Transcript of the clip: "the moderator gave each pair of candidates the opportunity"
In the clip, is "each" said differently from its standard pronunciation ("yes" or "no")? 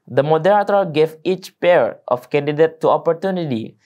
no